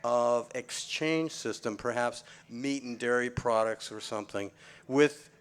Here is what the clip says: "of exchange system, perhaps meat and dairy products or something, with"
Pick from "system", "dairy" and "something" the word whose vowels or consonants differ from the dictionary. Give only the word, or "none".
none